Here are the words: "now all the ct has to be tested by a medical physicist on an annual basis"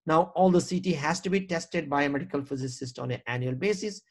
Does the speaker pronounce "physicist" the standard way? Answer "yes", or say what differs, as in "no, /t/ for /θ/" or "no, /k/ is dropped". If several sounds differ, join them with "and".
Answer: yes